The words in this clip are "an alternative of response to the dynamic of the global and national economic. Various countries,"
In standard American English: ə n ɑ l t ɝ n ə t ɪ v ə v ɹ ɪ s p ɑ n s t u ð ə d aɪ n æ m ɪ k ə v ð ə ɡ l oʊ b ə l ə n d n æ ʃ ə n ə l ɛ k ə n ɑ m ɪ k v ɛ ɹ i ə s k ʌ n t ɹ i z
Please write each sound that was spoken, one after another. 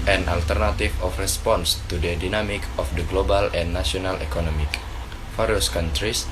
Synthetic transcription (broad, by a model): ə n ɑ l t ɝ n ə t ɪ f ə f ɹ ɪ s p ɑ n s t u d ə d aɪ n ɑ m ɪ k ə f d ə ɡ l oʊ b ə l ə n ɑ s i ə n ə l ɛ k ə n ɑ m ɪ k f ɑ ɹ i s k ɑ n t ɹ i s